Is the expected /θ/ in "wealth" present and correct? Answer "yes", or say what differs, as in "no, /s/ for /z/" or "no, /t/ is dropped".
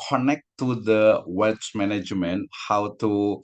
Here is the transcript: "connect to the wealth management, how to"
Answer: no, /s/ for /θ/